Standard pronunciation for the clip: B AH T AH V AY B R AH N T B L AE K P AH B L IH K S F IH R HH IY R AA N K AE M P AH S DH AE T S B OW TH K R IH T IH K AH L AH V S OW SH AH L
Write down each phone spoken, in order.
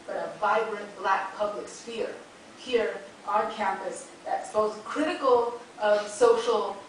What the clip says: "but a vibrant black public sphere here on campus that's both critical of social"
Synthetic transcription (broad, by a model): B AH T AH V AY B R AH N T B L AE K P AH B L IH K S F IH R HH IY R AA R K AE M P AH S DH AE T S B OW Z K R IH T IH K L AH V S OW SH L